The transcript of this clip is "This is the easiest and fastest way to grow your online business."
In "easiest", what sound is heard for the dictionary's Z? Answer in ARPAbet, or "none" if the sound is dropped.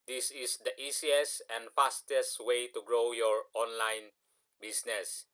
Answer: S